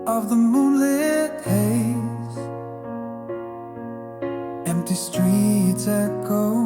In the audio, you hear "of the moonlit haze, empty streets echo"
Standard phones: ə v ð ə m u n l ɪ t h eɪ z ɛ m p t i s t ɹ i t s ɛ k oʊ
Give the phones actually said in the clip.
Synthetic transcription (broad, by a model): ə v ð ə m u l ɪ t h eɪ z ɛ m p t i s t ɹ i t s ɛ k oʊ